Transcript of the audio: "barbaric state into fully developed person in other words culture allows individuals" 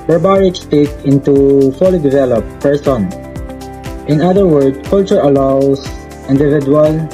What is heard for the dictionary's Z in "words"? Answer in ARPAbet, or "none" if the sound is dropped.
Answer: none